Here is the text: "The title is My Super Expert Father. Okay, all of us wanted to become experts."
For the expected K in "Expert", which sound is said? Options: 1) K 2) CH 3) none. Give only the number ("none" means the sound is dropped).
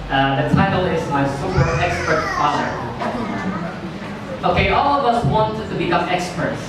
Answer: 1